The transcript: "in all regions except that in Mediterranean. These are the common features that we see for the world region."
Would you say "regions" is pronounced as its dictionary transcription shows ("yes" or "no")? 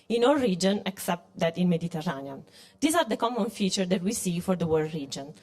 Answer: no